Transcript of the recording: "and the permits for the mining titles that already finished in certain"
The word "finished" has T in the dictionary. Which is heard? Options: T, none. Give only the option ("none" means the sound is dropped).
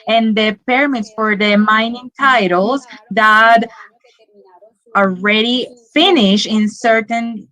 none